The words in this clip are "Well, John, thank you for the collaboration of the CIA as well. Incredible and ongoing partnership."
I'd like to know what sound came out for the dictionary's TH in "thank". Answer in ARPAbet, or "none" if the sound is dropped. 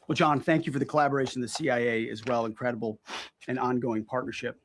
TH